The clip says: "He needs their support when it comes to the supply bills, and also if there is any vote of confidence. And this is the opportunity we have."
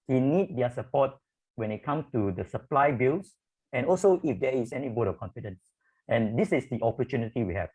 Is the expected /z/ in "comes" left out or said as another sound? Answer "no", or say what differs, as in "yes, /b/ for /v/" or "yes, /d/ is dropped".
yes, /z/ is dropped